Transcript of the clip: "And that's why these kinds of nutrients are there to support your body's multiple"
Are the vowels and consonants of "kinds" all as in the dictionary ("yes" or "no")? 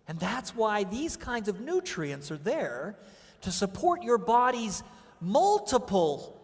yes